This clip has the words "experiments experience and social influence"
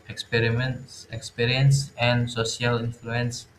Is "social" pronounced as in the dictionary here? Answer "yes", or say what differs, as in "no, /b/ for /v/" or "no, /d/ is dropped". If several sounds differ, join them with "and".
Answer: no, /ʃ/ is dropped